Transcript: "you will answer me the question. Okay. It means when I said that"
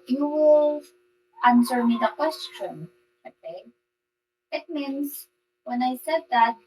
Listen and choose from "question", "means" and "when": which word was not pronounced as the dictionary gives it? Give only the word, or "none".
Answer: means